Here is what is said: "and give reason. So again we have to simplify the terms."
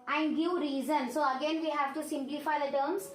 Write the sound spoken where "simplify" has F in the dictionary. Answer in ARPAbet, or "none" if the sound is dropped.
F